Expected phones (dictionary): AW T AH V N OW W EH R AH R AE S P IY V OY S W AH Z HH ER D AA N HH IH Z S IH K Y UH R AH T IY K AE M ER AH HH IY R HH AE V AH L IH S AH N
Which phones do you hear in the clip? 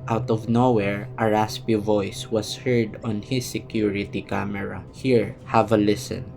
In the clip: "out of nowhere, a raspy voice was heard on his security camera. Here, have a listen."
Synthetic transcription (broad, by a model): AW T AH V N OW W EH R AH R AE S P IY V OY S W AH S HH ER D AA N HH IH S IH K Y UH R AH T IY K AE M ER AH HH IY R HH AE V AH L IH S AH N